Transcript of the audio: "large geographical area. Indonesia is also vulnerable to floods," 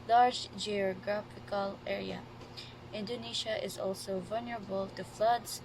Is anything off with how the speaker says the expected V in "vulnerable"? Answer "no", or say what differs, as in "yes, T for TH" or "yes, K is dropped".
no